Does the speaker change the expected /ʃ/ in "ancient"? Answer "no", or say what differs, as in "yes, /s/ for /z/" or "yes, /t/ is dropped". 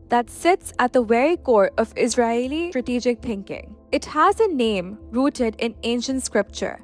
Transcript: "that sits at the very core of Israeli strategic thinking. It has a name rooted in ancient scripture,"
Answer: no